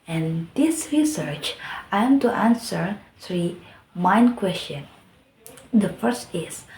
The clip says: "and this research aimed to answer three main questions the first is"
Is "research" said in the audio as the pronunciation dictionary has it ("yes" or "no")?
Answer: yes